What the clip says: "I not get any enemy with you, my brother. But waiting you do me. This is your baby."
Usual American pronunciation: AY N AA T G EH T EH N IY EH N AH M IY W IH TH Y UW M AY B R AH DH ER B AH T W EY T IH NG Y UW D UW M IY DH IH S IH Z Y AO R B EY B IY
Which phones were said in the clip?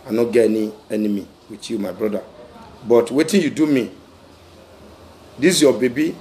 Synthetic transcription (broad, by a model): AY N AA G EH EH N IY EH N AH M IY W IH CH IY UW M AY B R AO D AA B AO T W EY T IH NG Y UW D UW M IY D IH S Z Y AO B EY B IY